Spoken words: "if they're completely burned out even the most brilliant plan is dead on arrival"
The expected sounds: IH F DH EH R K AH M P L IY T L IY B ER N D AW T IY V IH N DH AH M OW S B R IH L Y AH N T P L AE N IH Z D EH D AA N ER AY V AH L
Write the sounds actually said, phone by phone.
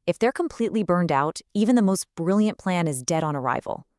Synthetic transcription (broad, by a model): IH F DH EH R K AH M P L IY T L IY B ER N D AW T IY V IH N DH AH M OW S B R IH L Y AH N P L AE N IH Z D EH D N ER AY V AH L